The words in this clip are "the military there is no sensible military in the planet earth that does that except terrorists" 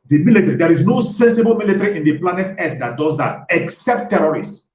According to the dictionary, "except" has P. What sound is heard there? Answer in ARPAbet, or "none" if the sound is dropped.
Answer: P